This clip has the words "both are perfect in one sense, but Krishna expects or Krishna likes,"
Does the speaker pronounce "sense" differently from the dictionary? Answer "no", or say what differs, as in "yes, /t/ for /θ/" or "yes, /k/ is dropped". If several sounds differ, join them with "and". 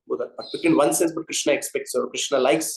yes, /n/ is dropped